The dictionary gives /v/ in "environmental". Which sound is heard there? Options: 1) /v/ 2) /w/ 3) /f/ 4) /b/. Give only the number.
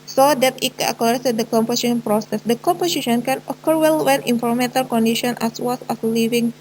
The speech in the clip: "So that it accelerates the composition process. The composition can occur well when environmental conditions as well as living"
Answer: 3